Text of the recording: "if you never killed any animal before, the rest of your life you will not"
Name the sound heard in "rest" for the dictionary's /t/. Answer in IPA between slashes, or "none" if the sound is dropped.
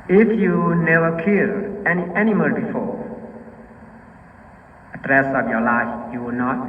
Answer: none